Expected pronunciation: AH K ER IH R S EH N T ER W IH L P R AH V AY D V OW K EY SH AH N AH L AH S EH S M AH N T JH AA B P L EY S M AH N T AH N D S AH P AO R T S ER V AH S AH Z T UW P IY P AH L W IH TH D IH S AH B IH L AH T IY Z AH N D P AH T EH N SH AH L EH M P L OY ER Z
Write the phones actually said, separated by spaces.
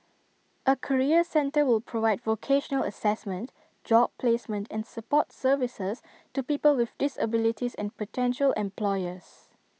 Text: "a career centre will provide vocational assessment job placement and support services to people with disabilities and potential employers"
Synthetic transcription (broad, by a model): AH K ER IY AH S EH N T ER W IH L P R AH V AY D V OW K EY SH AH N AH L AH S EH S M AH N T JH AA B P L EY S M AH N T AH N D S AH P AO T S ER V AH S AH S T UW P IY P AH L W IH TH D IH S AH B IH L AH T IY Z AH N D P AH T EH N SH AH L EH M P L OY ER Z